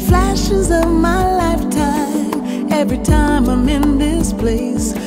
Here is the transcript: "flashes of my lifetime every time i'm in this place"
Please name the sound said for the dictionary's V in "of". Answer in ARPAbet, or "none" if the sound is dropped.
V